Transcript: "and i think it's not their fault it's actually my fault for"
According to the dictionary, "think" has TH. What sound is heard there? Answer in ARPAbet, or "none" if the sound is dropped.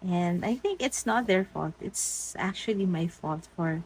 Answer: TH